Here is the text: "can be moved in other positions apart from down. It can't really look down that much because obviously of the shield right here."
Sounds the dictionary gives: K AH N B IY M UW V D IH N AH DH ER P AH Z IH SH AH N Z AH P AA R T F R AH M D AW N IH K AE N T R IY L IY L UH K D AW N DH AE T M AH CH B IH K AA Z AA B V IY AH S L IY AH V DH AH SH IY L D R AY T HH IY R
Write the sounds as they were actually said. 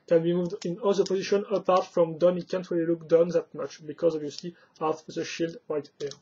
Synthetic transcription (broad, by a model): K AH N B IY M UW V D IH N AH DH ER P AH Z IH SH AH N AH P AA R T F R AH M D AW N IH K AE N T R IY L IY L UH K D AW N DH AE T M AH CH B IH K AA Z AA B V IY AH S L IY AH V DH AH SH IY L D W AY T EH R